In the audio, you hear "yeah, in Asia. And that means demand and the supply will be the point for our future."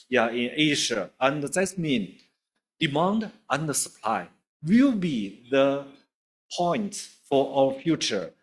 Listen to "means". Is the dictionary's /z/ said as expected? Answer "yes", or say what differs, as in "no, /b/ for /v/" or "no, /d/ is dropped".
no, /z/ is dropped